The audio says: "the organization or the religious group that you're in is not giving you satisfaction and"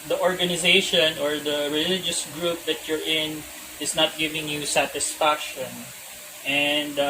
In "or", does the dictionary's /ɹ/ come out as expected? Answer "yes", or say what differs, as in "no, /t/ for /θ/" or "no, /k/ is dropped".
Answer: yes